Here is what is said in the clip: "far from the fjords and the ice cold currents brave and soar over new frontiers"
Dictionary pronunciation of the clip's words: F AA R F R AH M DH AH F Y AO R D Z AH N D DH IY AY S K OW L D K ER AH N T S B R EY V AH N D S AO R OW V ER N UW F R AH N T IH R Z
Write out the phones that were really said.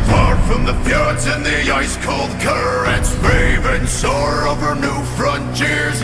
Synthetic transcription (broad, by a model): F AA R F R AH M DH AH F Y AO R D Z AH N DH IY AY S K OW L D K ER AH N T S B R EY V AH N S AO R OW V ER N UW F R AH N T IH R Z